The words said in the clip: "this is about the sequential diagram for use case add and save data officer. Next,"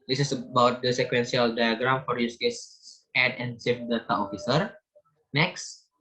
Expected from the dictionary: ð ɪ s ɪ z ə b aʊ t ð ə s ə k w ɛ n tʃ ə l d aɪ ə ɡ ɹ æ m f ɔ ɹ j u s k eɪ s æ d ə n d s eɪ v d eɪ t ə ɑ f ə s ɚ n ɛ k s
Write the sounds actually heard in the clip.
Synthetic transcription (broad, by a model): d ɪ s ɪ s ə b aʊ t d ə s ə k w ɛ n s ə l d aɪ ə ɡ ɹ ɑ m f ɔ ɹ j u s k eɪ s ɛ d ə n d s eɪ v d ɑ t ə ɑ f ə s ɚ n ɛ k s